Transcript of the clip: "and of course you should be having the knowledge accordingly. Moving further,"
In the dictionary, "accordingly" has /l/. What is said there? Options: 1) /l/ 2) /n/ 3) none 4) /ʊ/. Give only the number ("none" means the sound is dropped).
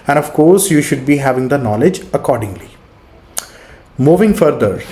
1